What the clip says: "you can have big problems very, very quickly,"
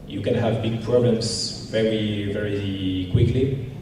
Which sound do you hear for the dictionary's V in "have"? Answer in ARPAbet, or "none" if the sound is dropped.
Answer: V